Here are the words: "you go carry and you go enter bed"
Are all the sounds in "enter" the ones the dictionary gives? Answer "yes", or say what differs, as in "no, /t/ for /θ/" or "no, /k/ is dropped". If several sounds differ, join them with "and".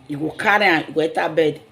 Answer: no, /n/ is dropped